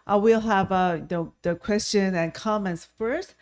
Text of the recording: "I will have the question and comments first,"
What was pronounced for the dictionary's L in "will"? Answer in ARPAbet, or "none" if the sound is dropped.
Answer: L